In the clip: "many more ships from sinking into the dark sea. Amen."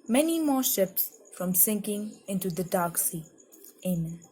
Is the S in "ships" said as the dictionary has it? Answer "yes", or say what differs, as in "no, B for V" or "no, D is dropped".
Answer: yes